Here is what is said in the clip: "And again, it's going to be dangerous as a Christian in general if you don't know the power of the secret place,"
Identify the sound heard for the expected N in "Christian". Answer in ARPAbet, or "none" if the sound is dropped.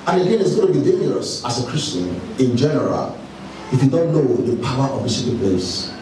N